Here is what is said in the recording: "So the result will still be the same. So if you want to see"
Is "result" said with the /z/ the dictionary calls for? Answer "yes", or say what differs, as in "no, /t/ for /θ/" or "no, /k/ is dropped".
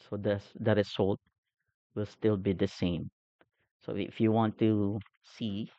no, /s/ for /z/